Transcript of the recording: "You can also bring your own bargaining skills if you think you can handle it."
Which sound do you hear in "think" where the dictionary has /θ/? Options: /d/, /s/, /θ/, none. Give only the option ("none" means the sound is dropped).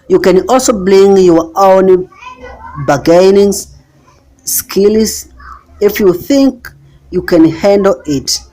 /θ/